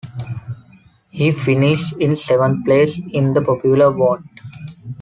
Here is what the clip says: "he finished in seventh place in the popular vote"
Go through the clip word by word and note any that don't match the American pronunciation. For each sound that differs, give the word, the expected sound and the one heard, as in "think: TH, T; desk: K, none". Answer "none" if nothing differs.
seventh: TH, T